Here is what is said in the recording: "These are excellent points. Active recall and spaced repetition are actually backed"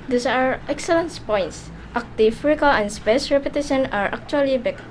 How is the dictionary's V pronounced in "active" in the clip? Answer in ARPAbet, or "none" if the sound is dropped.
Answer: F